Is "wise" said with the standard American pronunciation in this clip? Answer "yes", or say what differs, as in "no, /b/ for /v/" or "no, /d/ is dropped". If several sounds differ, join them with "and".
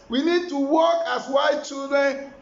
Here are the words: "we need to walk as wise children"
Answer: no, /z/ is dropped